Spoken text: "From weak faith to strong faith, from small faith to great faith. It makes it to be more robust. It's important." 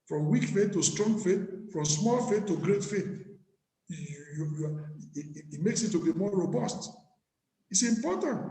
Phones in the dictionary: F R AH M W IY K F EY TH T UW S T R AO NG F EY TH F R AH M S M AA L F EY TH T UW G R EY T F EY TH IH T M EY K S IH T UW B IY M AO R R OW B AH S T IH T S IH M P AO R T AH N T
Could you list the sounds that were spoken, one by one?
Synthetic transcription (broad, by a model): F R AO M W IY K F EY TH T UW S T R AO NG F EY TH F R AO M S M AA L F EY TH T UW G R EY T F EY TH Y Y M EY K S IH T UW B IY M AO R R OW B AH S T IH T S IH M P AO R T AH N T